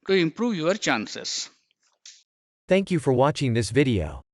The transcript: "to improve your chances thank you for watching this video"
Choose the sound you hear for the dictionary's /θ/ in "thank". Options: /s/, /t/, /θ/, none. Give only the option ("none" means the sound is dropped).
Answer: /θ/